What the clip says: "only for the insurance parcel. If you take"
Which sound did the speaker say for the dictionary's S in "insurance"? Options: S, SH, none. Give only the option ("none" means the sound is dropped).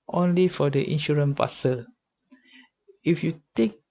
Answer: none